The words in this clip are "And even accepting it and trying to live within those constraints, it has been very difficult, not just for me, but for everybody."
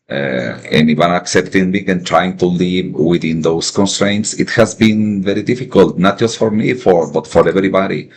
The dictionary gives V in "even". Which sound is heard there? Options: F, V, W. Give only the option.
W